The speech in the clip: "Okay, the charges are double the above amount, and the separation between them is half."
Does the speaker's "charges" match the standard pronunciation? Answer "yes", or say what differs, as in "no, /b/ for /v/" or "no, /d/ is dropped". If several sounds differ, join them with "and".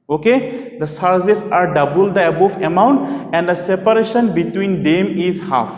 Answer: no, /s/ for /tʃ/